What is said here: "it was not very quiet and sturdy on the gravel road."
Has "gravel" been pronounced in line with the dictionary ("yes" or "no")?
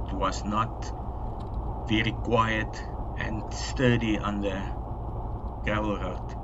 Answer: no